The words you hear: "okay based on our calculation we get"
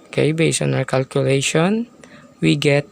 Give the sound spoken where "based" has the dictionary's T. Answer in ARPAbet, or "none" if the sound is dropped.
none